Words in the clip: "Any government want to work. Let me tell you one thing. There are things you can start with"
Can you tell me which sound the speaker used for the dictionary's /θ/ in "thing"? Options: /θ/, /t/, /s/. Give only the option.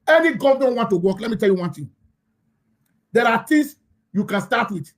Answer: /t/